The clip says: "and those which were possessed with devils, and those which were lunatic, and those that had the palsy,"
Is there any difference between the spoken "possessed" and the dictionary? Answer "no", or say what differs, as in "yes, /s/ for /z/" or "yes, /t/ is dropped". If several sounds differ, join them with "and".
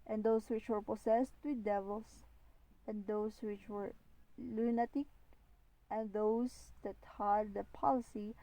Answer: yes, /s/ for /z/